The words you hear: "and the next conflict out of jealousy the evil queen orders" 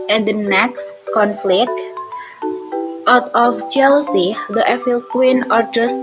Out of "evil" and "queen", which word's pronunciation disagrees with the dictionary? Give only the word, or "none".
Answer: evil